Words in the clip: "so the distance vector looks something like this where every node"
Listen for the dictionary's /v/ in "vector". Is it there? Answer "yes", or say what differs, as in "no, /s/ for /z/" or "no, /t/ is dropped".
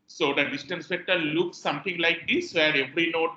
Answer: no, /f/ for /v/